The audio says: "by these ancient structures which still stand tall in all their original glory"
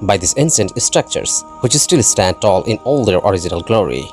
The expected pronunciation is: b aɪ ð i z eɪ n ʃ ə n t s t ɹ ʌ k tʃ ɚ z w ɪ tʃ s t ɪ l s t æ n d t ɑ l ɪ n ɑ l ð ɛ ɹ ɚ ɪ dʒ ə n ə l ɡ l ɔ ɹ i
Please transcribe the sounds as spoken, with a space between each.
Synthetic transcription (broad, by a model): b aɪ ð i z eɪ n s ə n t s t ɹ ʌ k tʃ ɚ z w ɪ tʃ s t ɪ l s t æ n d t ɑ l ɪ n ɑ l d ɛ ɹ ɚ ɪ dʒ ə n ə l ɡ l ɔ ɹ i